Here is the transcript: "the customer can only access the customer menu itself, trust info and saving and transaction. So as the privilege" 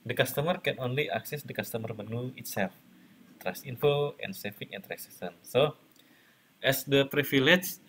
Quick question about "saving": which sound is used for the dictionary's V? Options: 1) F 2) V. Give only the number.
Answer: 1